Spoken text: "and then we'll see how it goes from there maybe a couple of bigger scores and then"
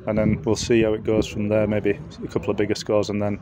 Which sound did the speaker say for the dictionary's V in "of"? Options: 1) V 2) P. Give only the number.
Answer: 1